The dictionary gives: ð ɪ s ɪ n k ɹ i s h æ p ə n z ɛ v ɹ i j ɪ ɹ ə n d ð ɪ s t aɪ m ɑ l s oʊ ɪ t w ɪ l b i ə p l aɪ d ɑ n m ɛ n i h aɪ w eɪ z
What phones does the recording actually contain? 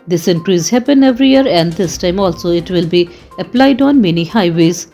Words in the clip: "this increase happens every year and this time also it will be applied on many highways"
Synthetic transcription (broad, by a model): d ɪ s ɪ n k ɹ i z h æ p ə n ɛ v ɹ i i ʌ ɹ ə n d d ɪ s t aɪ m ɑ l s oʊ ɪ t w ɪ l b i ə p l aɪ d ɑ n m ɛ n i h aɪ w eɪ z